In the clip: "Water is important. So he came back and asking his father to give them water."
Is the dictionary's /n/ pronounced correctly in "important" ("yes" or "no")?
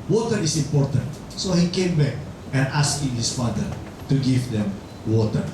yes